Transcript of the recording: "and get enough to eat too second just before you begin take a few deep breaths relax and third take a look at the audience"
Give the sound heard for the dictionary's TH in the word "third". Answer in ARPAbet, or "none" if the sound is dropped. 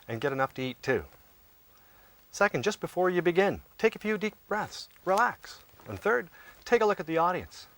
TH